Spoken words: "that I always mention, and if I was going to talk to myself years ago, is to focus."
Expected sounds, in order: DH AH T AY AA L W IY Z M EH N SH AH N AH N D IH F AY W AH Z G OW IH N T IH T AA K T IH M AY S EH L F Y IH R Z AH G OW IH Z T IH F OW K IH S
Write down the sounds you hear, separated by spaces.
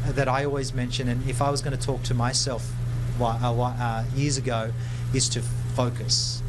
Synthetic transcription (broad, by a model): DH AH T AY AA L W IY Z M EH N SH AH N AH N IH F AY W AH Z G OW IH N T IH T AA K T IH M AY S EH L F Y IH R Z AH G OW IH Z T IH F OW K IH S